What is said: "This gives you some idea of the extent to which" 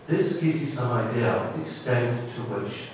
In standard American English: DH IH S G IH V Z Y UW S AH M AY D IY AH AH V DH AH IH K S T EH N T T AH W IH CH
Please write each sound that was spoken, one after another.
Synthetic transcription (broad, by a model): DH IH S G IH V Z Y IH S AH M AY D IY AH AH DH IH K S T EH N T T AH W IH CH